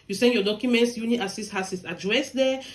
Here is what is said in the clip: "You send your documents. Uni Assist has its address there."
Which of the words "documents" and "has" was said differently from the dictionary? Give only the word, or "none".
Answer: has